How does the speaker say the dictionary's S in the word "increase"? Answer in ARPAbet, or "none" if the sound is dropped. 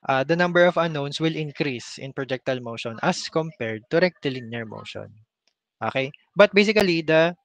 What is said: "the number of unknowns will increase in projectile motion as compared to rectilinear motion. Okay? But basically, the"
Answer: S